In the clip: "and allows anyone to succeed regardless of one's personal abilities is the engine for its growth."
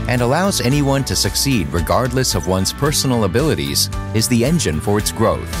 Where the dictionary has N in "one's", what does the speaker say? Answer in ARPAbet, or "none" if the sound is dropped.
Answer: N